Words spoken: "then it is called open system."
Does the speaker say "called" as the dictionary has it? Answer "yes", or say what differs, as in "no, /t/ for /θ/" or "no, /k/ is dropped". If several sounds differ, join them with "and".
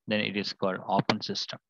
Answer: yes